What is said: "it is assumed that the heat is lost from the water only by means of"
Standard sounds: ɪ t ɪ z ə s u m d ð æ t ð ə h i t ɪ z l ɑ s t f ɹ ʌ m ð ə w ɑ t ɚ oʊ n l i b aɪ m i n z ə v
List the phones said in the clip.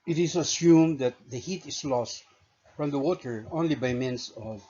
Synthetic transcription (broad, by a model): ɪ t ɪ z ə s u m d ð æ t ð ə h i t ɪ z l ɑ s t f ɹ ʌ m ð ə w ɑ t ɚ oʊ n l i b aɪ m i n s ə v